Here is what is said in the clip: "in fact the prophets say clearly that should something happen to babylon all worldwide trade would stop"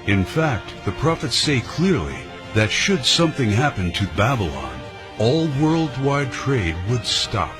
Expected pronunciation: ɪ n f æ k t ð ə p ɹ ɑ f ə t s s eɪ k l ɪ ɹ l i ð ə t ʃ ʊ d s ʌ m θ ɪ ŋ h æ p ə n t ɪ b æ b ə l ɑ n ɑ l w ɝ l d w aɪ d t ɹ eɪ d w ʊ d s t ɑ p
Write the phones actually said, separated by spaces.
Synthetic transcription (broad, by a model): ɪ n f æ k t ð ə p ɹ ɑ f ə t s s eɪ k l ɪ ɹ l i ð ə t ʃ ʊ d s ʌ m θ ɪ ŋ h æ p ə n t ɪ b æ b ə l ɑ n ɑ l w ɝ l d w aɪ d t ɹ eɪ d w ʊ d s t ɑ p